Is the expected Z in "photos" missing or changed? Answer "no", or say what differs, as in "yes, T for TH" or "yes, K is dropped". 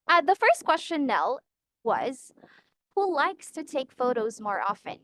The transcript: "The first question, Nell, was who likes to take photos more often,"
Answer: no